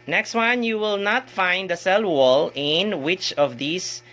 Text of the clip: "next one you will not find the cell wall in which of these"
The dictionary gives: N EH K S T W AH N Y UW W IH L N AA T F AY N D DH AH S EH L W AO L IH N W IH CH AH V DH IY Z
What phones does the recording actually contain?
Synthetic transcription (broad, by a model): N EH K S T W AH N Y UW W IH L N AA T F AY N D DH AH S EH L W AO L IH N W IH CH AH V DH IY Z